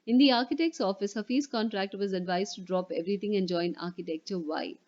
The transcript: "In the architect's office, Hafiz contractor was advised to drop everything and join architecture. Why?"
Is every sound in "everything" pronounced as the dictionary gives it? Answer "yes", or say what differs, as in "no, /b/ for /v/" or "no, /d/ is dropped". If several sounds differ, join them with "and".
no, /t/ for /θ/